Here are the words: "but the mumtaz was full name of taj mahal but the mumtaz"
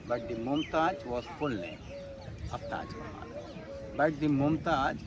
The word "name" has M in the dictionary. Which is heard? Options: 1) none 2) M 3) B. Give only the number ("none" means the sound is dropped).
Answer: 1